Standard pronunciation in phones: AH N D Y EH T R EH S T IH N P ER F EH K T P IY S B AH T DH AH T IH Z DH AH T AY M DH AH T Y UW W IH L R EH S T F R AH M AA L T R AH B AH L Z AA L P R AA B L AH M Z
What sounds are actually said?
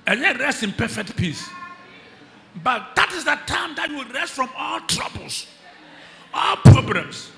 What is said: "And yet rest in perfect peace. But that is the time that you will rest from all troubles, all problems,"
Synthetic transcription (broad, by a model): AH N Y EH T R EH S T IH N P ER F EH K T P IY S B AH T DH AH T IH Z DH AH T AY M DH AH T Y UW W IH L R EH S T F R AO M AA L T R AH B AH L S AA L P R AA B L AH M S